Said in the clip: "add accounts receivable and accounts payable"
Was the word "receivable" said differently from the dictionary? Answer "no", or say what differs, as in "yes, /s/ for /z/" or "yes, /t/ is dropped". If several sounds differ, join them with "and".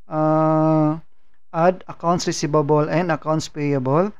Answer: yes, /b/ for /v/